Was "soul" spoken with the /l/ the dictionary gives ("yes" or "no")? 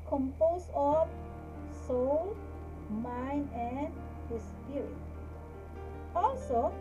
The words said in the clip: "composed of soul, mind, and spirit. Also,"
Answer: yes